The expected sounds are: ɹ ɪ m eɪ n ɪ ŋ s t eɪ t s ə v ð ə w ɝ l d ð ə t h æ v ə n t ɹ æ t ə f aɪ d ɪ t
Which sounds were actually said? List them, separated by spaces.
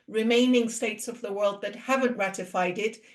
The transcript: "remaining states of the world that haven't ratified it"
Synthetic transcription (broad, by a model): ɹ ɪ m eɪ n ɪ ŋ s t eɪ t s ə v ð ə w ɝ l d ð ə t h æ v ə n t ɹ æ t ə f aɪ d ɪ t